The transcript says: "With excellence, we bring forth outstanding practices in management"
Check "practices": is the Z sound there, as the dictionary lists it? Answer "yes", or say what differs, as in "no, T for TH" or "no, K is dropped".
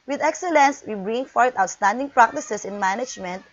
no, S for Z